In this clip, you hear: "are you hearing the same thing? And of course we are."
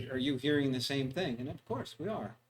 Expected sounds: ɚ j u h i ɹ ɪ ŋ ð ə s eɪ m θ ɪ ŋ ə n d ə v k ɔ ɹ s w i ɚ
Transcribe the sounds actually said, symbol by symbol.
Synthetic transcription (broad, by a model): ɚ j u h i ɹ ɪ ŋ ð ə s eɪ m θ ɪ ŋ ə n ə v k ɔ ɹ s w i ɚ